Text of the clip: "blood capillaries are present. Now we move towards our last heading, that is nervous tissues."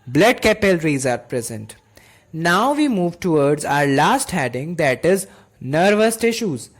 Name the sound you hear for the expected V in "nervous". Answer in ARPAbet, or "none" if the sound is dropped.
V